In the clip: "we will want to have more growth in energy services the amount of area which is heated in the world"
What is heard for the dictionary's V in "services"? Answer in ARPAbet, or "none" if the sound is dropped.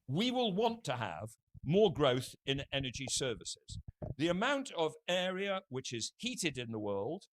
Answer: V